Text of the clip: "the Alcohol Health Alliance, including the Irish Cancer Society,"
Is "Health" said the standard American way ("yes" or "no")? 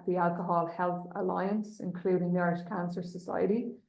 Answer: yes